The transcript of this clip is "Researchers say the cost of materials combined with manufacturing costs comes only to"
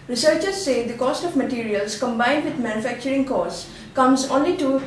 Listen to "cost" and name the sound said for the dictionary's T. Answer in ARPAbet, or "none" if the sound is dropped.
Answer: T